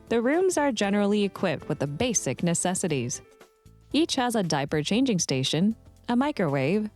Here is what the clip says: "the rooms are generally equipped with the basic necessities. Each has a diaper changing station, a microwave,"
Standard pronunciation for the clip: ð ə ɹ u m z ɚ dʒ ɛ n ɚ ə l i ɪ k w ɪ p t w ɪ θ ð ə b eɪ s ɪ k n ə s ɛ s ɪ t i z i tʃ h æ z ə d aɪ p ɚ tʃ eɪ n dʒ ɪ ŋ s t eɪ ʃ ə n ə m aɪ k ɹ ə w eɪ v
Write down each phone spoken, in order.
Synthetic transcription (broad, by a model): ð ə ɹ u m z ɚ dʒ ɛ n ɚ l i ɪ k w ɪ p t w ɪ ð ə b eɪ s ɪ k n ə s ɛ s ɪ t i z i tʃ h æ z ə d aɪ p ɚ tʃ eɪ n dʒ ɪ ŋ s t eɪ ʃ ə n ə m aɪ k ɹ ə w eɪ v